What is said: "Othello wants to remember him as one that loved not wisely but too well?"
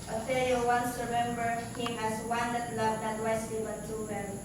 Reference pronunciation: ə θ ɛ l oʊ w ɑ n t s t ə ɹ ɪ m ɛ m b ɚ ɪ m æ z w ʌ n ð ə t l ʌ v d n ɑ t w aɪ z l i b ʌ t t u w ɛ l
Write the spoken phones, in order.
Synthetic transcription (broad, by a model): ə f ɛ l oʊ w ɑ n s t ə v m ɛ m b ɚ ɪ m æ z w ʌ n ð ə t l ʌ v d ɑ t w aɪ s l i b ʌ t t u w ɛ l